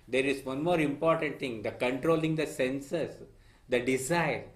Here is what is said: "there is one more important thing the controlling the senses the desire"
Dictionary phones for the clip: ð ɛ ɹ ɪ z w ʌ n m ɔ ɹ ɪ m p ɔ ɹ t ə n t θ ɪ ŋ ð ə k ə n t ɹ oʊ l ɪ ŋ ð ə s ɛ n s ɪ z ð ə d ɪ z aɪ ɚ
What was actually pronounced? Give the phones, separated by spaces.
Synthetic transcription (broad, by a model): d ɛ ɹ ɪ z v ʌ n m ɔ ɹ ɪ m p ɔ ɹ t ə n t t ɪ ŋ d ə k ə n t ɹ oʊ l ɪ ŋ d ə s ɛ n s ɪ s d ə d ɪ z aɪ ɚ